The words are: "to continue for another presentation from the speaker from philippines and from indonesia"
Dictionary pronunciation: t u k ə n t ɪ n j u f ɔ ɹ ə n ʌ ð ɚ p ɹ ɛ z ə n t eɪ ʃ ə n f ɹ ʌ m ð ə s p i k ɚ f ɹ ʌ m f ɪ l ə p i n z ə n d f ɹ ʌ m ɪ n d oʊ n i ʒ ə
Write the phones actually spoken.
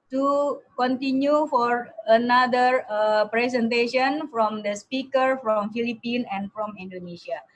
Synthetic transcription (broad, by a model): t u k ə n t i n j u f ɔ ɹ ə n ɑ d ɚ p ɹ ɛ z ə n t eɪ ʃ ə n f ɹ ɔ m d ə s p i k ɚ f ɹ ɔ m f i l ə p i n ə n f ɹ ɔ m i n d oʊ n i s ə